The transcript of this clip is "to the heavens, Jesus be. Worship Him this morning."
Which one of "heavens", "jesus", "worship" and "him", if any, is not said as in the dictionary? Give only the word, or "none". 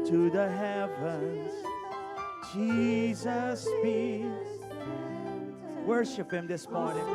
none